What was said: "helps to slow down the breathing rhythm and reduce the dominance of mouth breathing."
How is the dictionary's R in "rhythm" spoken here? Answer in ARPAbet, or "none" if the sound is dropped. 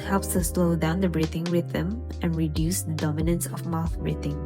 W